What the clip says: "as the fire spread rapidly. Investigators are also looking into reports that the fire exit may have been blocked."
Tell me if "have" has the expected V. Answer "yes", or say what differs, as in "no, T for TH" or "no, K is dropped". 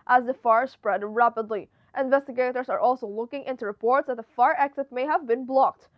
yes